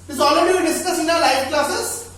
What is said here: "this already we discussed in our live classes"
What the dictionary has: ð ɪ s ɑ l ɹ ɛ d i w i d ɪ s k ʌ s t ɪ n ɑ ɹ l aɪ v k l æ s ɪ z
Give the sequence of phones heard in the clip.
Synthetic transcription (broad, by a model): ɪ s ɑ l ɹ ɛ d i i d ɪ s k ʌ s ɪ n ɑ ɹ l aɪ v k l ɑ s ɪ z